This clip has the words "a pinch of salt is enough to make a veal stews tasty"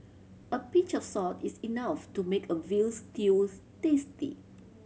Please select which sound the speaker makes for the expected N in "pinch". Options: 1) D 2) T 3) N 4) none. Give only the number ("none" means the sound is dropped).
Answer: 4